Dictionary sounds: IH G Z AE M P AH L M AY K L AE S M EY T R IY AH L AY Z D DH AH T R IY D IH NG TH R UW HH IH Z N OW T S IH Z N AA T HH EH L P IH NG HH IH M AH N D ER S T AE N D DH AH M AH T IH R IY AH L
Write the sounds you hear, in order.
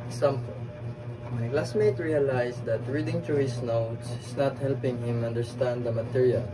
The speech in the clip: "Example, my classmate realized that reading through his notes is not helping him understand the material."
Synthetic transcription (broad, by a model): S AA M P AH M AY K L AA S M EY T R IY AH L AY S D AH T R IY D IH NG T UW HH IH S N OW T S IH S N AA T HH EH L P IH NG HH IH M AH N D ER S T AE N D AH M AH T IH R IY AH L